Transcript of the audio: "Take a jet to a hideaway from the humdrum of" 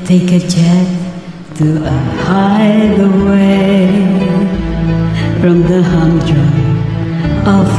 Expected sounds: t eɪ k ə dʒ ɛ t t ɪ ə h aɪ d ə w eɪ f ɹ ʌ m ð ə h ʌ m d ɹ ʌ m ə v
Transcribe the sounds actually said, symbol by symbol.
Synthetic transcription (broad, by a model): t eɪ k ə tʃ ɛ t t ɪ ə h aɪ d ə w eɪ f ɹ ʌ m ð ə h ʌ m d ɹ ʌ ə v